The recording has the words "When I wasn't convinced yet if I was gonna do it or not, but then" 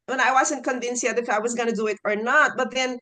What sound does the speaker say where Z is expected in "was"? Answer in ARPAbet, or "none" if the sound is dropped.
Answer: Z